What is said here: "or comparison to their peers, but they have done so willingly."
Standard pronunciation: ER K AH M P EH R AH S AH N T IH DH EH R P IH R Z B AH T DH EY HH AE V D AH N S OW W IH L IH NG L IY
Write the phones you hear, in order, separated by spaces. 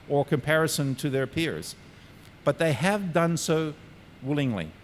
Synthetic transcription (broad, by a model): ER K AH M P EH R AH S AH N T IH DH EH R P IH R Z B AH T DH EY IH V D AH N S OW W IH L IH NG L IY